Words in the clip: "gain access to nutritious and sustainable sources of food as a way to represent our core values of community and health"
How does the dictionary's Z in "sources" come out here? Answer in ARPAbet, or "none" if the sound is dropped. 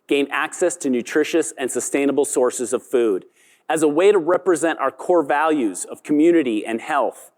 Z